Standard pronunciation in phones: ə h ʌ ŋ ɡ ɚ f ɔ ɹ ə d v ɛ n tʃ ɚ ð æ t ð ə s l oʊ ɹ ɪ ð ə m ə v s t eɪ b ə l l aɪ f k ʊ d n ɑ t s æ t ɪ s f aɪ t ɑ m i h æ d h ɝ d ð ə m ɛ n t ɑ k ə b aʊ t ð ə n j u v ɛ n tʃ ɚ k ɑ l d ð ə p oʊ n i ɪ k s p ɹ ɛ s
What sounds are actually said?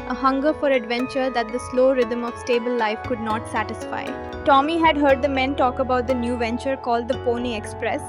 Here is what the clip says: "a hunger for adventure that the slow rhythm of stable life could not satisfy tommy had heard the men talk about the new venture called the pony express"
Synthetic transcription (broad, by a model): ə h ʌ ŋ ɡ ɚ f ɔ ɹ ə d v ɛ n tʃ ɚ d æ t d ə s l oʊ ɹ ɪ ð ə m ə v s t eɪ b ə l l aɪ f k ʊ d n ɑ t s æ t ɪ s f aɪ t ɑ m i h æ d h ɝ d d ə m ɛ n t ɑ k ə b aʊ t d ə n j u v ɛ n tʃ ɚ k ɑ l d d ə p oʊ n i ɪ k s p ɹ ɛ s